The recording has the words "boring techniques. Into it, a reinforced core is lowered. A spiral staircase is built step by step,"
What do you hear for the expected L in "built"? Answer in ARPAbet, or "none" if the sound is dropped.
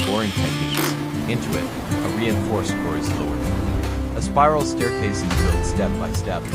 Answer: none